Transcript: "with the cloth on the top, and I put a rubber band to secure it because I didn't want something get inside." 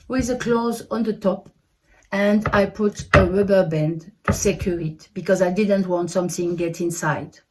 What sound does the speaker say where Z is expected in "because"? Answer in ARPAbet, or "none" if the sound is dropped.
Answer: Z